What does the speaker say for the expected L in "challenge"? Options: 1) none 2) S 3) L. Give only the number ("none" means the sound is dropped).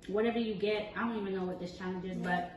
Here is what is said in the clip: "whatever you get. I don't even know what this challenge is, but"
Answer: 1